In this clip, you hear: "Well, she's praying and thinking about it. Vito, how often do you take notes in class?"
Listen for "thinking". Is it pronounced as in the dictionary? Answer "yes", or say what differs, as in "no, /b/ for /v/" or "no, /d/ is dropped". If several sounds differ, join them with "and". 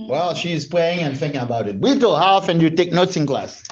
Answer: yes